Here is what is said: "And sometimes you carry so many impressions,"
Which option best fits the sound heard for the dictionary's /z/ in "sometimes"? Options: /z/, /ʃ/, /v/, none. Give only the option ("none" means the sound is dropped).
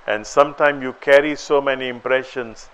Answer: none